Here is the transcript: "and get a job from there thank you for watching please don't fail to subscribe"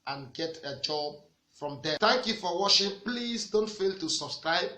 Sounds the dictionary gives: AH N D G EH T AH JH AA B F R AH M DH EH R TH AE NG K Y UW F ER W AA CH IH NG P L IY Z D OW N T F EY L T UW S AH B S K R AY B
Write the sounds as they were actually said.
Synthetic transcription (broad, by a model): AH N G EH T AH JH AA B F R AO M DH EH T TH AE NG K Y UW F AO W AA SH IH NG P L IY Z D OW N T F EY L T UW S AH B S K R AY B